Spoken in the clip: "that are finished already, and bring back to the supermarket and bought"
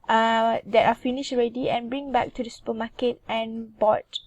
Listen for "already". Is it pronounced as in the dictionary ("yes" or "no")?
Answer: yes